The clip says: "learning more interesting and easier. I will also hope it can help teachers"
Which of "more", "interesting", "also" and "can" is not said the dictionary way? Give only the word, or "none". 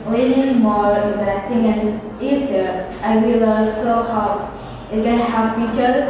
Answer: also